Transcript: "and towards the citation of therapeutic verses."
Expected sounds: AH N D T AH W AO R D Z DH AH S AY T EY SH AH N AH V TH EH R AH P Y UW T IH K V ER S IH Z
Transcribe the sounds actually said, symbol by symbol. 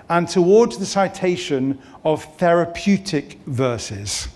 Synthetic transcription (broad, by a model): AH N T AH W AO D Z DH AH S AY T EY SH AH N AH V TH EH R AH P Y UW T IH K V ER S IH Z